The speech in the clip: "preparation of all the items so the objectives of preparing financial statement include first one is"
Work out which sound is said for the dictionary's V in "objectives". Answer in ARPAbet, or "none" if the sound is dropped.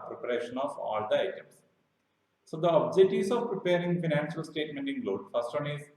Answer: none